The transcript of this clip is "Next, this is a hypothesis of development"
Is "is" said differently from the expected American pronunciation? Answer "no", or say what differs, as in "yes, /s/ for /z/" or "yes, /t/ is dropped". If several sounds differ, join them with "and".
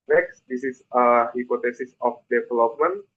yes, /s/ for /z/